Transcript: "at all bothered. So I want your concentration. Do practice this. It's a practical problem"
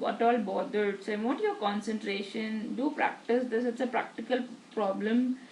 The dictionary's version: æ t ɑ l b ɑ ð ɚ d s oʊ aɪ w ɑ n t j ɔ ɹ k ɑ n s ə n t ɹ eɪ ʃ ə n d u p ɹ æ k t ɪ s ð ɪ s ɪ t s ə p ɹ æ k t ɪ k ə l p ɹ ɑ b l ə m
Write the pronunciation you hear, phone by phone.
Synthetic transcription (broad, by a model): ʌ t ɑ l b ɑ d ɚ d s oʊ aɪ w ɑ t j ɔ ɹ k ɑ n s ə n t ɹ eɪ ʃ ə n d u p ɹ æ k t ɪ s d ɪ s ɪ t s ə p ɹ æ k t ɪ k ə l p ɹ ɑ b l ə m